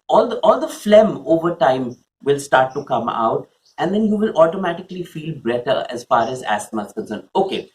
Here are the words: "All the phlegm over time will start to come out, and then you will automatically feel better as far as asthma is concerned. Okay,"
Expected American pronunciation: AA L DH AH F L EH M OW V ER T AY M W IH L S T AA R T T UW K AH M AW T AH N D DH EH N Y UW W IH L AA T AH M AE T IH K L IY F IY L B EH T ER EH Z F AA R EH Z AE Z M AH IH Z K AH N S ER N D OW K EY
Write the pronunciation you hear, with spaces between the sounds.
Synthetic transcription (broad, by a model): AA L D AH F L EH M OW V ER T AY M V IH L S T AA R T T UW K AH M AW T AH N D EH N Y UW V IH L AA T AH M AE T IH K L IY F IY L B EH T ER EH Z F AA R EH Z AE S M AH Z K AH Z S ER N OW K EY